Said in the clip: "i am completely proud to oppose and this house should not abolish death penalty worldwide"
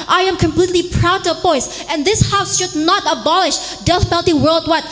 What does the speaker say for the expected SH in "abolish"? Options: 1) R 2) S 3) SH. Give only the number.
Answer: 3